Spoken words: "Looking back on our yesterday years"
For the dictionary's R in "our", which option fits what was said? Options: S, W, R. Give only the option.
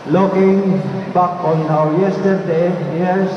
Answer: W